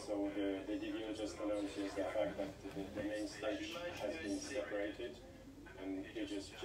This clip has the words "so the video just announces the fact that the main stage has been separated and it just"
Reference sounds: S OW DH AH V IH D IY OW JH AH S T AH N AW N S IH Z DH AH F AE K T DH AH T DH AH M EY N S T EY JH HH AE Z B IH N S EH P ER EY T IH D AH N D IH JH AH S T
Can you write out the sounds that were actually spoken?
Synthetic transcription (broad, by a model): S OW DH AH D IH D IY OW JH AH S T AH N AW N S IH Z DH AH F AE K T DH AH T DH AH M EY N S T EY CH HH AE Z B IH N S EH P ER EY T IH D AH N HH IH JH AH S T